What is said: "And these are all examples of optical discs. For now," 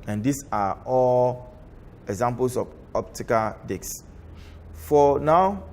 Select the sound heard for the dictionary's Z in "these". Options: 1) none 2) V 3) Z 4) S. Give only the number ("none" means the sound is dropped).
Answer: 4